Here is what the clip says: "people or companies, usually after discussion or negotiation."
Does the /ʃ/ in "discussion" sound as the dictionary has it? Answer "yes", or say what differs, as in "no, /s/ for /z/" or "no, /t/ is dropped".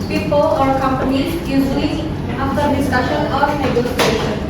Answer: yes